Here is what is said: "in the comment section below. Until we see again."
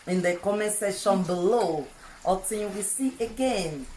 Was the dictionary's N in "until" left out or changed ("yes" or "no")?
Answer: yes